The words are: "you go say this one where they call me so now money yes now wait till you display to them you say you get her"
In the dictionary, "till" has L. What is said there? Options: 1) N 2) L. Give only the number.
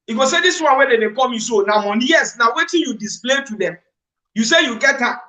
1